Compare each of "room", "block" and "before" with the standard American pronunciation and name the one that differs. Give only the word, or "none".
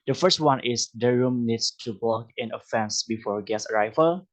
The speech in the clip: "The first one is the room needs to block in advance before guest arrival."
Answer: block